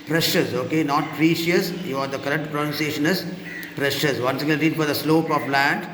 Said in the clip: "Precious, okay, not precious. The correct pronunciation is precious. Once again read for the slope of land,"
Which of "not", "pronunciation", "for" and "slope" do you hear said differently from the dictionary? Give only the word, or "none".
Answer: none